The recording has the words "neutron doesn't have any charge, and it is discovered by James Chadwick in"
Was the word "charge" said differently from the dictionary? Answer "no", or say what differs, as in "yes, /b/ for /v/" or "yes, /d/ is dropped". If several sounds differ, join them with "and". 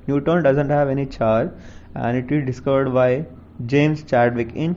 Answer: yes, /dʒ/ is dropped